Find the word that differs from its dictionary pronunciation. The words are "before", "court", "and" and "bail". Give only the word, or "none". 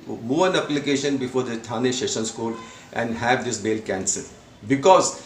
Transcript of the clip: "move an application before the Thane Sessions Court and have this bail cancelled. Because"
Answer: court